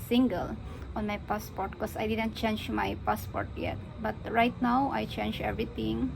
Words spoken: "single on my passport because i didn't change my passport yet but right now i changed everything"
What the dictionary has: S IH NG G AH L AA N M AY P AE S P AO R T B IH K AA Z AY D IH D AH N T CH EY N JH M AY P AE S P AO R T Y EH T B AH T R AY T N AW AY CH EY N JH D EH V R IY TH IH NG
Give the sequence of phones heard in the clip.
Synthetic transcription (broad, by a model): S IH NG G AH L AA N M AY P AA S P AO R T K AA S AY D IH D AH N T CH EY N JH M AY P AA S P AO R T Y EH T B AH T R AY T N AW AY CH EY N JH EH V R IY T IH NG